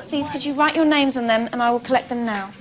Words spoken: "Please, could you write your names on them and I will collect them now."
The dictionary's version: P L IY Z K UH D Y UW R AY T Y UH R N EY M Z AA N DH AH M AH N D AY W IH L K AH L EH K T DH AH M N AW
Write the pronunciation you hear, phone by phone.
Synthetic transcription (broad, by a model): P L IY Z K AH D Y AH R AY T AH N EY M Z N DH AH M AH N AY W IH L K AH L EH K DH AH M N AW